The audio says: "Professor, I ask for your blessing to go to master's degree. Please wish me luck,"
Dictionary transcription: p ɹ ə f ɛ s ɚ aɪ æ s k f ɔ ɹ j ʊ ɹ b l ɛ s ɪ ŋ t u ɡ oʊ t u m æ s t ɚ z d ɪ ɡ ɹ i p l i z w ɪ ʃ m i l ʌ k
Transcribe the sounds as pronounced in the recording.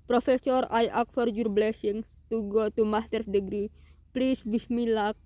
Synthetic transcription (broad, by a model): p ɹ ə f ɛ s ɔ aɪ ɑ k f ɔ ɹ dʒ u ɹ b l ɛ s ɪ ŋ t u ɡ oʊ t u m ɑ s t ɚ s d ɪ ɡ ɹ i p l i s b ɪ s m i l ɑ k